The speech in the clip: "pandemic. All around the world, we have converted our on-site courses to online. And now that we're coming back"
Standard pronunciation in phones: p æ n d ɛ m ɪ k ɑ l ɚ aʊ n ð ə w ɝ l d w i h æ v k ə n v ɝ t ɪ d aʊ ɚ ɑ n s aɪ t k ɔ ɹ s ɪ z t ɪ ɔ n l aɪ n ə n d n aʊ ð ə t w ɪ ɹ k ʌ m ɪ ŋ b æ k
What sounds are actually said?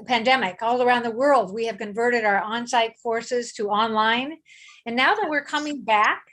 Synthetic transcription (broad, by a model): p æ n d ɛ m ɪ k ɑ l ɚ aʊ n ð ə w ɝ l d w i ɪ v k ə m v ɝ t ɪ d aʊ ɚ ɑ n s aɪ t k ɔ ɹ s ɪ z t ɪ ɔ n l aɪ n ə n n aʊ ð ə t w ɪ ɹ k ʌ m ɪ ŋ b æ k